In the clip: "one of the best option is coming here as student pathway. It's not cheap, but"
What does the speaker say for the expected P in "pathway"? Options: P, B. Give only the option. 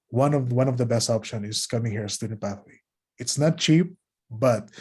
B